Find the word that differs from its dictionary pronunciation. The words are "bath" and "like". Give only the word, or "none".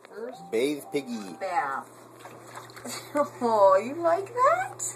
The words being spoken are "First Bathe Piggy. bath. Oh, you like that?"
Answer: bath